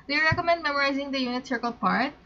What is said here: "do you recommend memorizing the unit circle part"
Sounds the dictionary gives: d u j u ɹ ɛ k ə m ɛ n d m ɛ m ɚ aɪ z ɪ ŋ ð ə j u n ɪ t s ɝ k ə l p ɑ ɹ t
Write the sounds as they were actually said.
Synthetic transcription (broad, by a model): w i ɹ ɛ k ə m ɛ n d m ɛ m ɚ aɪ z ɪ ŋ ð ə j u n ɪ t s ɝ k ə l p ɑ ɹ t